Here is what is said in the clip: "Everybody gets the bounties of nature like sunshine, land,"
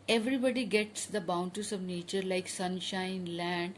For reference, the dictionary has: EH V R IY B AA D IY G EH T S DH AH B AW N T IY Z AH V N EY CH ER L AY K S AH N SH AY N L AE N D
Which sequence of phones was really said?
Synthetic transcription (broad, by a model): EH V R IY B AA D IY G EH T S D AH B AW N T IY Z AH V N EY CH ER L AY K S AH N SH AY N L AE N D